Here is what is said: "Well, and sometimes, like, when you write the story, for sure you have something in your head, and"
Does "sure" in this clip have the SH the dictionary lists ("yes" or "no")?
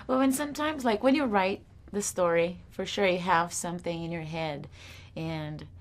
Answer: yes